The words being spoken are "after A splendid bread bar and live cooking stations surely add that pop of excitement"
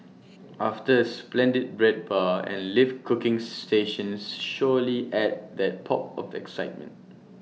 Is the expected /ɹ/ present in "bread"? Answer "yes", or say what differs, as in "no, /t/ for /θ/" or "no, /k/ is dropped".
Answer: yes